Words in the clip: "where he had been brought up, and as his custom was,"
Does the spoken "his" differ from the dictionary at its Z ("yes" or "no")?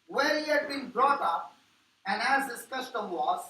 yes